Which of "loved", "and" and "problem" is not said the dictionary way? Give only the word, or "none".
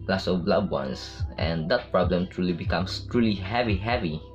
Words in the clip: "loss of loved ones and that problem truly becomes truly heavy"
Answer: loved